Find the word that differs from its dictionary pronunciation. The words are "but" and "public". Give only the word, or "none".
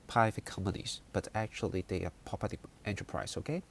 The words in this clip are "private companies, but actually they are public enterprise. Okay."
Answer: public